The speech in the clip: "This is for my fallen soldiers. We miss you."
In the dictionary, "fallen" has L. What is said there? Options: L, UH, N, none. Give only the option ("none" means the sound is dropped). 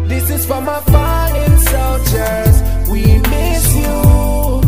none